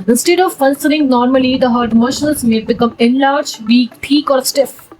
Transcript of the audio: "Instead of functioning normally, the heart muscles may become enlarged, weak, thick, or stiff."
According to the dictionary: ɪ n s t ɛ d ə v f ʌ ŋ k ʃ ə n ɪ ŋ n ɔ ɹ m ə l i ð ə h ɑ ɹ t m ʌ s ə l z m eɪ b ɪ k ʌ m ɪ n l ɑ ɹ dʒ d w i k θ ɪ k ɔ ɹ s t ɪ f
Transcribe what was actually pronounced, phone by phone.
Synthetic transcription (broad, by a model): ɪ n s t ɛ d ə v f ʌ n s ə l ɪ ŋ n ɔ ɹ m ə l i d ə h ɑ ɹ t m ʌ ʃ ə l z m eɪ b ɪ k ʌ m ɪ n l ɑ ɹ dʒ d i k t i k ɔ ɹ s t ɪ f